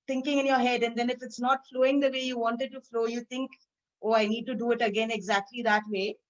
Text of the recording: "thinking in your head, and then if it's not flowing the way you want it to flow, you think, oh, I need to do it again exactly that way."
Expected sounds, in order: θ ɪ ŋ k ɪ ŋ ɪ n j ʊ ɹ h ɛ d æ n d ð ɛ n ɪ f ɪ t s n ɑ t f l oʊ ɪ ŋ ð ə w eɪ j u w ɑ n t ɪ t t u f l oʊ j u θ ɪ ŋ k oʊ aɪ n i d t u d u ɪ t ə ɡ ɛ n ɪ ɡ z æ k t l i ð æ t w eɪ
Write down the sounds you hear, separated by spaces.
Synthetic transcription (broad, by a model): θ ɪ ŋ k ɪ ŋ ɪ n j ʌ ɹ h ɛ d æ n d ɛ n ɪ f ɪ t s n ɑ t f l oʊ ɪ ŋ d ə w eɪ j u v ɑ n t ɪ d t u f l oʊ j u t ɪ ŋ k oʊ aɪ n i d t u d u ɪ t ə ɡ ɛ n ɪ ɡ z æ k t l i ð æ t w eɪ